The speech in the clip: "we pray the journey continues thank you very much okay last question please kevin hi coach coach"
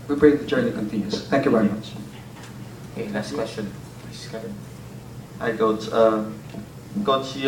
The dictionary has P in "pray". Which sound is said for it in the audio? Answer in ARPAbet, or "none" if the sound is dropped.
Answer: B